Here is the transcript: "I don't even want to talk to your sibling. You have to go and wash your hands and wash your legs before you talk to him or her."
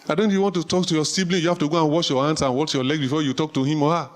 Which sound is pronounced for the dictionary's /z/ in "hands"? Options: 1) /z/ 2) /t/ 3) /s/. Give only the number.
3